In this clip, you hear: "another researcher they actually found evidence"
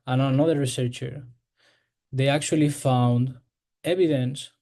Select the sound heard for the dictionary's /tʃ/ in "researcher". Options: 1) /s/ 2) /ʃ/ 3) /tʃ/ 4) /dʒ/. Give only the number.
3